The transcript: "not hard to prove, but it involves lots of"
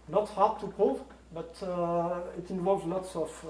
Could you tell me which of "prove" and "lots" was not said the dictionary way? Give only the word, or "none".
prove